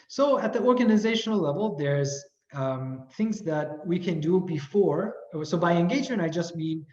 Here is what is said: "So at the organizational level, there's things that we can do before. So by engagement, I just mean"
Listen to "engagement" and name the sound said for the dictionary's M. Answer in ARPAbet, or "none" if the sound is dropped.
none